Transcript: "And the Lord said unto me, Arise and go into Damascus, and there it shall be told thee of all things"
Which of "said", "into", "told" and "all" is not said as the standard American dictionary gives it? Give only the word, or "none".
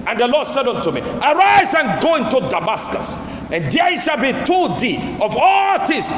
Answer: told